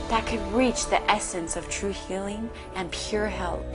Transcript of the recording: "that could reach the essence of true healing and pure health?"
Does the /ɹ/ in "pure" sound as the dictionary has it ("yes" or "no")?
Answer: yes